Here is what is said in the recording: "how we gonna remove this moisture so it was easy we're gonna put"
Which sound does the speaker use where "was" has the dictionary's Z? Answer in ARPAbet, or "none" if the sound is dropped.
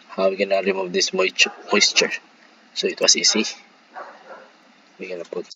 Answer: S